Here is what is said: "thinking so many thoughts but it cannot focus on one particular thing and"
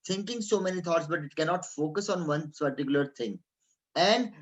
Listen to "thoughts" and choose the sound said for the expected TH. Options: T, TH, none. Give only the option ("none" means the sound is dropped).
T